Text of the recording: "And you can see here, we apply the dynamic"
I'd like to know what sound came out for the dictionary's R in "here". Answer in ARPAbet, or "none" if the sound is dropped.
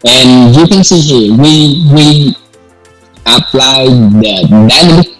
W